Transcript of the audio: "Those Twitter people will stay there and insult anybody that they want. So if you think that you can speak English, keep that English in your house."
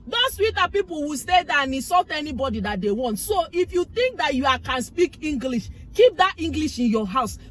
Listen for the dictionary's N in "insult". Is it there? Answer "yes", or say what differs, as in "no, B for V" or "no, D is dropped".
no, N is dropped